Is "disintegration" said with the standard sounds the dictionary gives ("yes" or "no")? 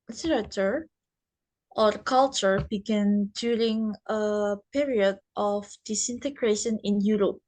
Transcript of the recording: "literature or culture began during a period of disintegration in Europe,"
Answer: yes